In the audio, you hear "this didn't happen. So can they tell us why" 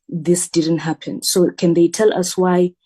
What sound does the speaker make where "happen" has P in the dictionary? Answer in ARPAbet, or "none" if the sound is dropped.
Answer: P